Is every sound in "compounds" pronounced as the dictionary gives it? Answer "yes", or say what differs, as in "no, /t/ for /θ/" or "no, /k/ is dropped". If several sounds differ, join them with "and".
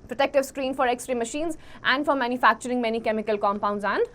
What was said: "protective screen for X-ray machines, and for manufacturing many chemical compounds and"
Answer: yes